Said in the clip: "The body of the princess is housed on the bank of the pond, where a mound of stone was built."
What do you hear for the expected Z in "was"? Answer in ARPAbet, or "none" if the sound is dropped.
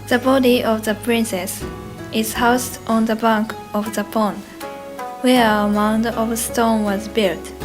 Z